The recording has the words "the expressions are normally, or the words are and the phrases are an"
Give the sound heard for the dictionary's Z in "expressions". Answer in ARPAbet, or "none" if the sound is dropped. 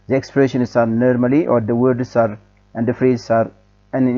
S